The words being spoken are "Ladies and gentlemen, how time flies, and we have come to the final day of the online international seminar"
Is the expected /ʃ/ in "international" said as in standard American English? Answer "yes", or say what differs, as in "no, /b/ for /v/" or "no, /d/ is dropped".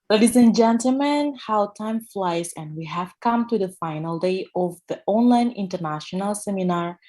yes